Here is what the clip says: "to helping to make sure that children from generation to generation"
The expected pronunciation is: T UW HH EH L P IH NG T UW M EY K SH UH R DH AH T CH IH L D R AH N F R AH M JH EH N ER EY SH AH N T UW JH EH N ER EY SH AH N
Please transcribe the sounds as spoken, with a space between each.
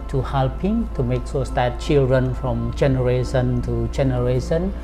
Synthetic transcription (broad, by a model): T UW HH EH L P IH NG T UW M EY K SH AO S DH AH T CH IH L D R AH N F R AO M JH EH N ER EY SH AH N T UW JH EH N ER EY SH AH N